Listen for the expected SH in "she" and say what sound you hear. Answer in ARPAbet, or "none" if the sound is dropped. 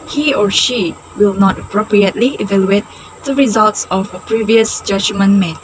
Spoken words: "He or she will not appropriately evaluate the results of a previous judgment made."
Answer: SH